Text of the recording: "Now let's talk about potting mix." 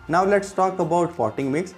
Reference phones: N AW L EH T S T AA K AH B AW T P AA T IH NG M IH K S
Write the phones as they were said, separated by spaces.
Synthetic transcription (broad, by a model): N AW L EH T S T AA K AH B AW T F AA T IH NG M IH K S